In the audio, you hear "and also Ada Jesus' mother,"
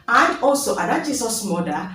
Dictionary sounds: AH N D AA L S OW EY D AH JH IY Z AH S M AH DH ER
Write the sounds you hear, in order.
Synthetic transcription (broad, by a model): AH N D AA L S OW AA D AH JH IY S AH S M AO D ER